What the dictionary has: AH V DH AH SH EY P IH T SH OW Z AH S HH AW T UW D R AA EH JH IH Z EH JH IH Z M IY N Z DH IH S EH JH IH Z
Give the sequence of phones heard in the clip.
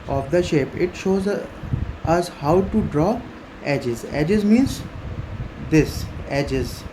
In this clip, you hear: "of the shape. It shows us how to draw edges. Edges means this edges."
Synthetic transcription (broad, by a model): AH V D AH SH EY P IH T SH OW Z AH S HH AW T UW D R AA EH JH IH Z EH JH IH Z M IY N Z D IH S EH JH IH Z